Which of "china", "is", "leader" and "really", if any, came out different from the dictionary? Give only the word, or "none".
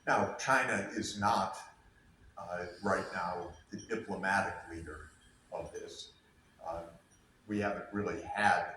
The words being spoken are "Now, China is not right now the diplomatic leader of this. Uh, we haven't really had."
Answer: none